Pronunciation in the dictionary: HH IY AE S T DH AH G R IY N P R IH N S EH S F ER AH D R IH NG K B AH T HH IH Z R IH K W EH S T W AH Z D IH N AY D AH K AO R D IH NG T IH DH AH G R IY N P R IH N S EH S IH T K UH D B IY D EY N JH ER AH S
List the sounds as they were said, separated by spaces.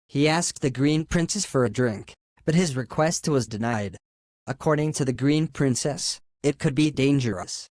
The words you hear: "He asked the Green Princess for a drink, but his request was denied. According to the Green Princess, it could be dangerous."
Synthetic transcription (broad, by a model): HH IY AE S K DH AH G R IY N P R IH N S EH S F ER AH D R IH NG K B AH T HH IH Z R IH K W EH S T W AH Z D IH N AY D AH K AO R D IH NG T IH DH AH G R IY N P R IH N S EH S IH T K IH D B IY D EY N JH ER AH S